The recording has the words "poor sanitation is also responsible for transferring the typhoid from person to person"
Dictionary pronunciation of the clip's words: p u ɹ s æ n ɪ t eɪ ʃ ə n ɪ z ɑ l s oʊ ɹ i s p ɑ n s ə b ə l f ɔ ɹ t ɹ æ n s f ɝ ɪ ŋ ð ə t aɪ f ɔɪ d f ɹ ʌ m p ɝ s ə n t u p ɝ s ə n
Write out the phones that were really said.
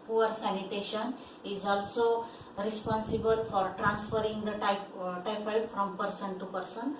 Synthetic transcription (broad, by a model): p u ɹ s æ n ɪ t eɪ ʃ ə n ɪ z ɑ l s oʊ ɹ i s p ɑ n s ə b ə l f ɔ ɹ t ɹ æ n s f ɝ ɪ ŋ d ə t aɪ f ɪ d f ɹ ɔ m p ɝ s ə n t u p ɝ s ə n